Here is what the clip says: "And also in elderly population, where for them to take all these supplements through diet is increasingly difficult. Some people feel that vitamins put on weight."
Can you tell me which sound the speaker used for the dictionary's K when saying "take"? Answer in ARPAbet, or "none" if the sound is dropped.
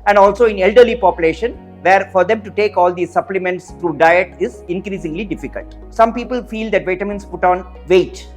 K